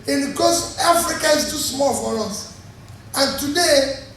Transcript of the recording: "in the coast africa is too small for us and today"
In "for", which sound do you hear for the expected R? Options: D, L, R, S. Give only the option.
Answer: L